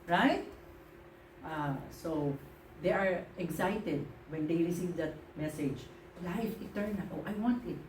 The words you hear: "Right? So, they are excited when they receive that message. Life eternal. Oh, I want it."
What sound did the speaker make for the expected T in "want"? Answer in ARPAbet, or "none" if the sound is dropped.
T